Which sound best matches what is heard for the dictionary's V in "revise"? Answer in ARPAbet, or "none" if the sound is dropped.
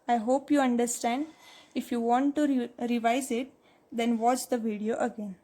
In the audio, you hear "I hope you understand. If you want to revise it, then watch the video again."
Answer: V